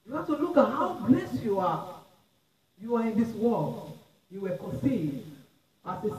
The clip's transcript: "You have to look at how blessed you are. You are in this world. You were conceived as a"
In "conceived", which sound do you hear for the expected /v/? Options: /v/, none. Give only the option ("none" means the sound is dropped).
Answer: none